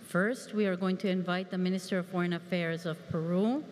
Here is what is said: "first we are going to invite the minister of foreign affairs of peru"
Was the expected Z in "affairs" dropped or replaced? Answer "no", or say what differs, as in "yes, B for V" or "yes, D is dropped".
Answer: no